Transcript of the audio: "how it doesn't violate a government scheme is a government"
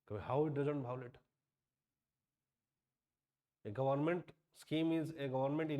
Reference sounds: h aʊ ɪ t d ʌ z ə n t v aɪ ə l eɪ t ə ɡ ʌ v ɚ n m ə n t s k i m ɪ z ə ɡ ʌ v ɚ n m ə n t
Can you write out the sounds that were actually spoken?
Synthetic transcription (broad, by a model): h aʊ ɪ t d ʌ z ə n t b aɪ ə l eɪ t ə ɡ ʌ v ɚ n m ə n t s k i m ɪ z ə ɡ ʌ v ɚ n m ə n t